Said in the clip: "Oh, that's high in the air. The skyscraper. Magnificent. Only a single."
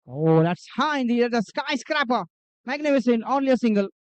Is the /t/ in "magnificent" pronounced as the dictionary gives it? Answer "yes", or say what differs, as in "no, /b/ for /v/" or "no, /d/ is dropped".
no, /t/ is dropped